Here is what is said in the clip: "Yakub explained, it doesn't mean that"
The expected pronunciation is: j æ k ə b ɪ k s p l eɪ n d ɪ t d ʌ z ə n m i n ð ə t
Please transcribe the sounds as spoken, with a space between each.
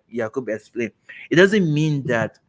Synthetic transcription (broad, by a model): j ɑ k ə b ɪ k s p l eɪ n ɪ t d ʌ z ə n m i n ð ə t